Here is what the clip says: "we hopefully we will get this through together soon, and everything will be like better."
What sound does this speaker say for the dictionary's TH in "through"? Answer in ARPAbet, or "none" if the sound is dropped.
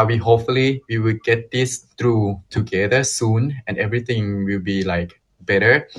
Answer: T